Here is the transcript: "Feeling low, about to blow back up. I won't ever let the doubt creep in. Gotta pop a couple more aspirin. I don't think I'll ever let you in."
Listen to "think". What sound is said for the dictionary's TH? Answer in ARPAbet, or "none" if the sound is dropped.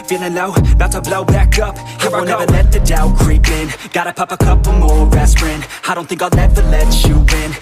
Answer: TH